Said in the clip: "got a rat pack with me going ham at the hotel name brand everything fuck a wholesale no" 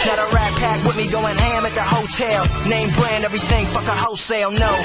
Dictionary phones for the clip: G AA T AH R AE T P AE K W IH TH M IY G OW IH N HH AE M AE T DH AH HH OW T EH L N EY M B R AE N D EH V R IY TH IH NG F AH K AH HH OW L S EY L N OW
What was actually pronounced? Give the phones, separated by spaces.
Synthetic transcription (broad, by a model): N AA T AH R AE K P AE K W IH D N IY G OW IH N HH AE M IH T DH AH HH OW T EH L N EY M B R AE N D EH V R IY TH IH NG F AH K AH HH OW S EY L N OW